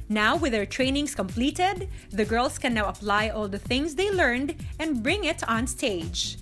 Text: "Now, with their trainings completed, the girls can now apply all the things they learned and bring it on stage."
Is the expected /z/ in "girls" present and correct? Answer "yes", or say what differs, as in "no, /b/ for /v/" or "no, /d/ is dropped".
no, /s/ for /z/